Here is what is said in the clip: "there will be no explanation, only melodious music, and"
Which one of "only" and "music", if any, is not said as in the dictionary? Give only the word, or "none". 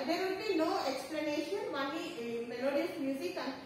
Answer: only